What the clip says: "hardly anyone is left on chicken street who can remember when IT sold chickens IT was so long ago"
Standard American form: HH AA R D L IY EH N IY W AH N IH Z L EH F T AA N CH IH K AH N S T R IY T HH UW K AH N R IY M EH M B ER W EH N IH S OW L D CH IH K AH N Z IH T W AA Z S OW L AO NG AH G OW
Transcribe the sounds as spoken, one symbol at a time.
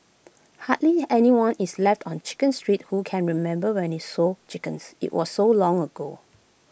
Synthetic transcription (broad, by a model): HH AA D L IY EH N IY W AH N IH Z L EH F T AA N CH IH K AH N S T R IY T HH UW K AH N R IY M EH M B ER W EH N IH S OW CH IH K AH N S IH T W AA S OW L AO NG AH G OW